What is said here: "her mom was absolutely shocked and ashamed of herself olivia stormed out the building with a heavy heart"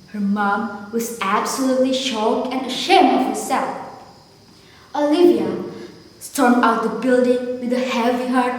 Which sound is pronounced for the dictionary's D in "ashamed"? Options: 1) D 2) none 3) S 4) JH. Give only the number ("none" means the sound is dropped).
2